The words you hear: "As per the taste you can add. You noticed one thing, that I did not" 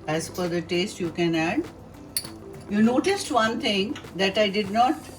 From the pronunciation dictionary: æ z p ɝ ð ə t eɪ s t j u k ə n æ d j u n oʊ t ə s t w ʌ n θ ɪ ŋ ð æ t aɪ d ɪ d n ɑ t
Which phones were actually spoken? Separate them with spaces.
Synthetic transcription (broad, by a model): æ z f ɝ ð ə t eɪ s t j u k ə n æ d j u n oʊ t ə s t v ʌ n t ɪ ŋ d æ t aɪ d ɪ d n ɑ t